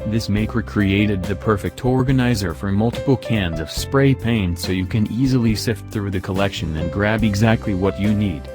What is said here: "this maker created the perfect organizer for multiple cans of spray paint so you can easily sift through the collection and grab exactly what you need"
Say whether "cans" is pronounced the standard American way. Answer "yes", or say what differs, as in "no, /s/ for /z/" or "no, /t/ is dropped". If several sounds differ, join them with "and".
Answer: yes